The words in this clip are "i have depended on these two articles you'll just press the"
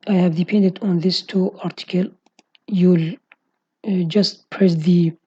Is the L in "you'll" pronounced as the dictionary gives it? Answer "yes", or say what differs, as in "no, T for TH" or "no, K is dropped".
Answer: yes